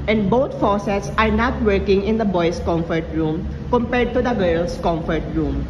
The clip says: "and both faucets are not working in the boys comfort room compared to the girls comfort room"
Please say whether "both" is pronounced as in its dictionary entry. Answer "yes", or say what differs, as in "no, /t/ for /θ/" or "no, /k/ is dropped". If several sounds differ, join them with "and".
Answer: no, /t/ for /θ/